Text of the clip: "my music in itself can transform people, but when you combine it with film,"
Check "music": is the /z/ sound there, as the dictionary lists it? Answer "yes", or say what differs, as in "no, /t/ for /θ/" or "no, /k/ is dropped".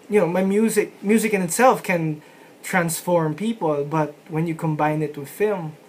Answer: yes